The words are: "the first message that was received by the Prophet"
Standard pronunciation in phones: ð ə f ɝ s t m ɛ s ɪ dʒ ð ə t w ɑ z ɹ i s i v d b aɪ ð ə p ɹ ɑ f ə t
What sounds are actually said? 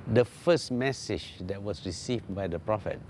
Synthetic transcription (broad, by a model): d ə f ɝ s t m ɛ s ɪ dʒ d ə t w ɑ s ɹ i s i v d b aɪ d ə p ɹ ɑ f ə t